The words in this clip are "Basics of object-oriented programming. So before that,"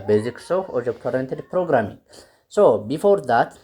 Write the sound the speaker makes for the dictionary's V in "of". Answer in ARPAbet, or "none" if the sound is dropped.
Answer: F